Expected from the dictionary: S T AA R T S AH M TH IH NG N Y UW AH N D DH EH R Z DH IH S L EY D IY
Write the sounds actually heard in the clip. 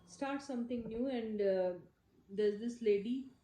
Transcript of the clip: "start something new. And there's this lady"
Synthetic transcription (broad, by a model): S T AA R T S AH M T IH NG N Y UW AH N D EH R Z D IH S L EY D IY